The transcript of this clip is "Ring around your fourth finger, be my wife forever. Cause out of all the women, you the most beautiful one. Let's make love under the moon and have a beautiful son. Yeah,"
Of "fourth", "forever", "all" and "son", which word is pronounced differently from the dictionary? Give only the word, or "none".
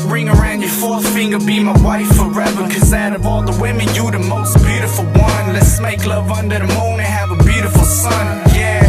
none